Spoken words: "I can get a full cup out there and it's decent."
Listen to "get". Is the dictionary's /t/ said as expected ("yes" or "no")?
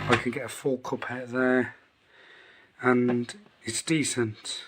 yes